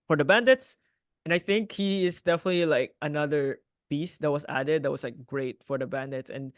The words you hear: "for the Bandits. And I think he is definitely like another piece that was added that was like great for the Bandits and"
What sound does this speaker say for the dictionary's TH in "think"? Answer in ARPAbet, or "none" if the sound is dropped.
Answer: TH